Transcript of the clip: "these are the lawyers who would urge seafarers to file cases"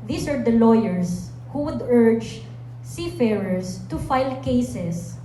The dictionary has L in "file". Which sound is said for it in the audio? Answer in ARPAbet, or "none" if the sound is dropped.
L